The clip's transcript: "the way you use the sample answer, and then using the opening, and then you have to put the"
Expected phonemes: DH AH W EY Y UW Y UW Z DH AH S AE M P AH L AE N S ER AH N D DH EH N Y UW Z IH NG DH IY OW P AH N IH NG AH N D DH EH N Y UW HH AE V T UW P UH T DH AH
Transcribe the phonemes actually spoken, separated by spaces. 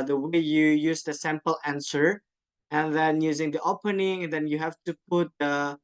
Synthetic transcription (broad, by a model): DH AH W EY Y UW Y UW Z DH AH S AE M P AH L AE N S ER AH N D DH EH N Y UW Z IH NG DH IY OW P AH N IH NG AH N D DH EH N Y UW HH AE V T UW P UH T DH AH